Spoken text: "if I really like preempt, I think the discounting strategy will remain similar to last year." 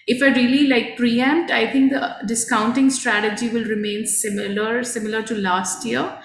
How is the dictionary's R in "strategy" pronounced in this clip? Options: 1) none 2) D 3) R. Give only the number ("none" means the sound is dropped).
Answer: 3